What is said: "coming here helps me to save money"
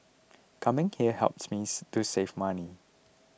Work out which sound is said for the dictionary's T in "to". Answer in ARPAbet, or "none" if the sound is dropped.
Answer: S